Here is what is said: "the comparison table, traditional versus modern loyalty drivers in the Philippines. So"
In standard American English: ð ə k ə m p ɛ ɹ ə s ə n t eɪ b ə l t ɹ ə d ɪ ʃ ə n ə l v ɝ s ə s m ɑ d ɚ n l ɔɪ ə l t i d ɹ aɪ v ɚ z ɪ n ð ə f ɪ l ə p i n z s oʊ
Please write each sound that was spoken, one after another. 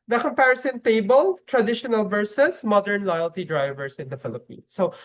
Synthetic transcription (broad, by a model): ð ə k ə m p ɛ ɹ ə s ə n t eɪ b ə l t ɹ ə d ɪ ʃ ə n ə l v ɝ s ə s m ɑ d ɚ n l ɔɪ ə l t i d ɹ aɪ v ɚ s ɪ n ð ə f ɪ l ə p i n s oʊ